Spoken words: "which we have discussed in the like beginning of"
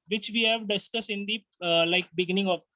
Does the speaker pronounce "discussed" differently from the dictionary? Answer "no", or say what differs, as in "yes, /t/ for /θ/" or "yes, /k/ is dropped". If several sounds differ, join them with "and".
yes, /t/ is dropped